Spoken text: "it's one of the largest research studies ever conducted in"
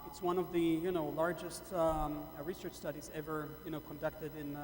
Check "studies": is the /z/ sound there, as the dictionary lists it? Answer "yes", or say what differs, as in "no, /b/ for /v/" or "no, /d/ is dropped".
yes